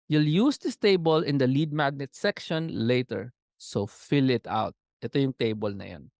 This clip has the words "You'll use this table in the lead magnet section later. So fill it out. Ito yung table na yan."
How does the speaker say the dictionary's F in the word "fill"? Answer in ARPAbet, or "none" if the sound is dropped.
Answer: F